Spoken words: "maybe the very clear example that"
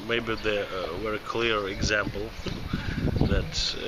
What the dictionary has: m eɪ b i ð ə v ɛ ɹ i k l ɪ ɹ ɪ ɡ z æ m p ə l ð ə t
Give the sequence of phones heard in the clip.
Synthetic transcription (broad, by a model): m eɪ b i ð ə w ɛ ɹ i k l ɪ ɹ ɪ ɡ z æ m p l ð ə t